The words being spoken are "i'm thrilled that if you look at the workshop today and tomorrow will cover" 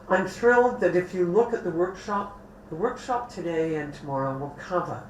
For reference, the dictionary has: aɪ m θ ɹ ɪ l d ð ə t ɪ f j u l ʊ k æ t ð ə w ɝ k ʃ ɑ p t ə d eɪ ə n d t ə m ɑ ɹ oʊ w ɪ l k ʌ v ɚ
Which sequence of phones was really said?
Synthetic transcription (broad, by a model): aɪ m θ ɹ ɪ l d ð ə t ɪ f j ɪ l ʊ k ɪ t ð ə w ɝ k ʃ ɑ p t ə d eɪ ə n t ə m ɑ ɹ oʊ w ɪ l k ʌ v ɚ